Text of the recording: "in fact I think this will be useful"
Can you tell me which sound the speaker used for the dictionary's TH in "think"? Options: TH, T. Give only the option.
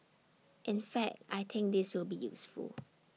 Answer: T